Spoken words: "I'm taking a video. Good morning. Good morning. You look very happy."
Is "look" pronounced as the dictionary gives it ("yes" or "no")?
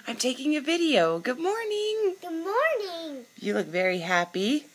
yes